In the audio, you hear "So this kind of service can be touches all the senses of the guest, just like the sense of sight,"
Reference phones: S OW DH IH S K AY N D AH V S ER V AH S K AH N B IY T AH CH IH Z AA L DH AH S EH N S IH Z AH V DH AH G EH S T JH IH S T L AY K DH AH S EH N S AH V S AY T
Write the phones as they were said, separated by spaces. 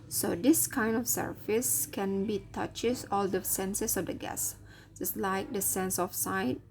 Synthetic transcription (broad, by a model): S OW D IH S K AY N D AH F S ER F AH S K AH N B IY T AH CH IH S AA L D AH S EH N S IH S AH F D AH G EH S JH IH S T L AY K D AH S EH N S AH F S AY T